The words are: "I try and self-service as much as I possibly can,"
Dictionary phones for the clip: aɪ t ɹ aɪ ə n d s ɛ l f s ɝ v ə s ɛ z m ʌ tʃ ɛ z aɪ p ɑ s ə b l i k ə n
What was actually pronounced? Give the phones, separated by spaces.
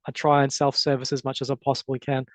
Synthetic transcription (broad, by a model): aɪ t ɹ aɪ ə n s ɛ l f s ɝ v ə s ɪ z m ʌ tʃ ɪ z aɪ p ɑ s ə b l i k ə n